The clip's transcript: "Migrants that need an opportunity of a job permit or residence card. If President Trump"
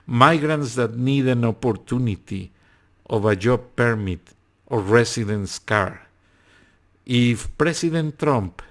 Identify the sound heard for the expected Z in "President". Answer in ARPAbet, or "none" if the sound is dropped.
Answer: S